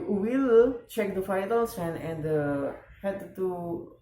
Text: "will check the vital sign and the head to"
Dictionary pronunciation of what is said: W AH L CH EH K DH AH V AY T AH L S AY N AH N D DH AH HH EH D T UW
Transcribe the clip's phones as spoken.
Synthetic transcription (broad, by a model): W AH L CH EH K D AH F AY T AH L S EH N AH N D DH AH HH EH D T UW